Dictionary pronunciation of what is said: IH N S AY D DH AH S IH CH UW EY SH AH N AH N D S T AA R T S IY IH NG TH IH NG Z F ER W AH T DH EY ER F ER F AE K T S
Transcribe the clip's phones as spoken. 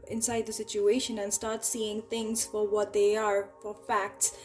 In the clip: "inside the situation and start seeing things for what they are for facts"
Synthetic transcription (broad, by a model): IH N S AY D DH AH S IH CH UW EY SH AH N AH N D S T AA R T S IY IH NG TH IH NG Z F ER W AH T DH EY ER F ER F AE K T S